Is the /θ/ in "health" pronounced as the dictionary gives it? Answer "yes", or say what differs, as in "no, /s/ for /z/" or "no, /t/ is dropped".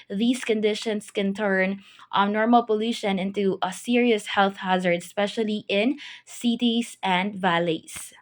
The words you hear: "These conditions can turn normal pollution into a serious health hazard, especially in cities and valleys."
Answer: yes